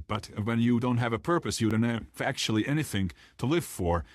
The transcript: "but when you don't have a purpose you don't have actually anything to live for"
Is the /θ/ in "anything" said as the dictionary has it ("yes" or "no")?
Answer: yes